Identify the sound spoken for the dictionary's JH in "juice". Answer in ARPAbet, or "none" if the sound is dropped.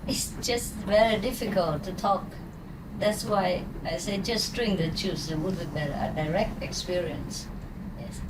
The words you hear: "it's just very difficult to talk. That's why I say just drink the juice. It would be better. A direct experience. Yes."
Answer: CH